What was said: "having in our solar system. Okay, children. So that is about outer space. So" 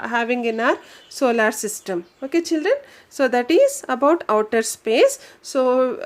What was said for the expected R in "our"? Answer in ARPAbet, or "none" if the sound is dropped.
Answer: R